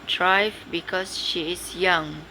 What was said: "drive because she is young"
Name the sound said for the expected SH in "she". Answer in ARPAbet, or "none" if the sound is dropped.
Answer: SH